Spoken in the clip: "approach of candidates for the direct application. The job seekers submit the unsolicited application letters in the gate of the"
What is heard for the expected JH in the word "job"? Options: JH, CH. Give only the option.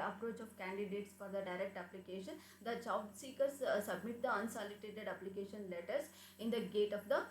CH